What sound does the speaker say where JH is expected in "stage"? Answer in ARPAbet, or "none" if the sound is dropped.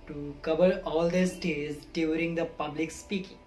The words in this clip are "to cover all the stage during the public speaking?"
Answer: Z